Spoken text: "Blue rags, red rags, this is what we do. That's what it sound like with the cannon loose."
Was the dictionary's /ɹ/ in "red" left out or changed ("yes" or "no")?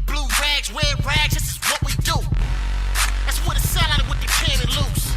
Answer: yes